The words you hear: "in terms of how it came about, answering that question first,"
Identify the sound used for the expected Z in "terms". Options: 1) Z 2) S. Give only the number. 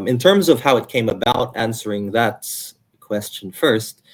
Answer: 1